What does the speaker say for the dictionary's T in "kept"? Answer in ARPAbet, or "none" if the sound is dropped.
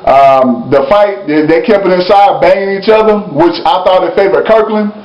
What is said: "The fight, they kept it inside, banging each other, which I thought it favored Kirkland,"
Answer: none